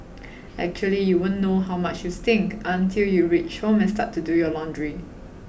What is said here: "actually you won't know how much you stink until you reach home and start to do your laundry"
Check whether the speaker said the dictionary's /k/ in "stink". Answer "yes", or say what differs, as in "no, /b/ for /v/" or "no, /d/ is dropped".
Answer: yes